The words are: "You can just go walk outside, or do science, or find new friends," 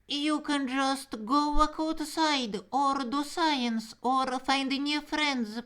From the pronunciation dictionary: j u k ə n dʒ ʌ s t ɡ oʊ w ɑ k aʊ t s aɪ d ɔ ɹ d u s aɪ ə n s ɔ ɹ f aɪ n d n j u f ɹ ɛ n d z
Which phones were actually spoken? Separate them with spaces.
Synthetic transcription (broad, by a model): j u k ə n dʒ ʌ s t ɡ oʊ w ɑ k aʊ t s aɪ d ɔ ɹ d u s aɪ ə n s ɔ ɹ f aɪ n d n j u f ɹ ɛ n d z